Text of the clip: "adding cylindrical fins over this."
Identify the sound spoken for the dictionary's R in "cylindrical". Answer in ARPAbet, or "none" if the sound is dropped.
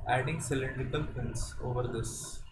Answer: none